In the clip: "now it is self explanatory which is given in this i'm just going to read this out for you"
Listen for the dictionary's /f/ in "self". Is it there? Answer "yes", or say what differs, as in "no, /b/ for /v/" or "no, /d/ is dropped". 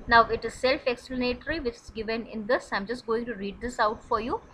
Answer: yes